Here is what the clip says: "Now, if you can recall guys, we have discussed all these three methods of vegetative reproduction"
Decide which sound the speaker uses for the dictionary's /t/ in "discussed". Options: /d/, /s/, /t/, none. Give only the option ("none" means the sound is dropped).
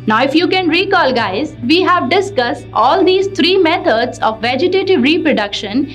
/t/